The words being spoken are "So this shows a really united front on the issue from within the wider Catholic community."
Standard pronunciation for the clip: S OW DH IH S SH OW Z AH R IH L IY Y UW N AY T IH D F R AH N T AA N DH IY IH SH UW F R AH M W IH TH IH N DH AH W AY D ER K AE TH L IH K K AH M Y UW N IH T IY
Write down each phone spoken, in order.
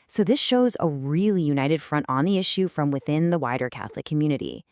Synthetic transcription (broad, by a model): S OW DH IH S SH OW Z AH R IH L IY Y UW N AY T IH D F R AH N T N DH IY IH SH UW F R AH M W IH TH IH N DH AH W AY D ER K AE TH L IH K K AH M Y UW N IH T IY